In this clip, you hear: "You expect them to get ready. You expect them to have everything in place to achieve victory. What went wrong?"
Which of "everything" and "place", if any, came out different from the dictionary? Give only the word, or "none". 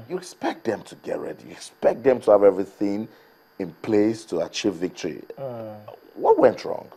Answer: none